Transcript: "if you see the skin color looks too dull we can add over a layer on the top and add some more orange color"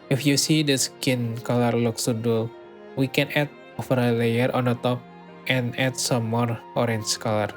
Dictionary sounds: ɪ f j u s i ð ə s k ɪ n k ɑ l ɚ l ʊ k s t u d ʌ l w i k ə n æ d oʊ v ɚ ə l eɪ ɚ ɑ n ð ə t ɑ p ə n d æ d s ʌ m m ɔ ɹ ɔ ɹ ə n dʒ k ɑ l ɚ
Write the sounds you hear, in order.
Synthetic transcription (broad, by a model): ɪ f j u s i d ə s k ɪ n k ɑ l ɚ l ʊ k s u d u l w i k ə n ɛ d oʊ f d ə l eɪ ɚ ɑ n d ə t ɑ p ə n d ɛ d s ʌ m m ɔ ɹ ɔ ɹ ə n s k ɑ l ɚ